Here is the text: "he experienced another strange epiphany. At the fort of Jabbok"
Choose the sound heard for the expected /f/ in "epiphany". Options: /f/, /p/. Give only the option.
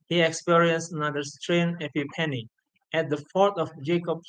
/p/